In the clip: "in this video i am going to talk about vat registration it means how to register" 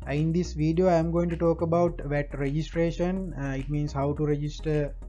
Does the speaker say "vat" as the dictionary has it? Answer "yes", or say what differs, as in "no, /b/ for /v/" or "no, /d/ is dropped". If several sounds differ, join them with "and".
yes